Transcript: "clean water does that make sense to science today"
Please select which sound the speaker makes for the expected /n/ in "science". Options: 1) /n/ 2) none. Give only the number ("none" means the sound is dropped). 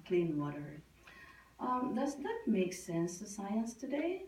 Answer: 1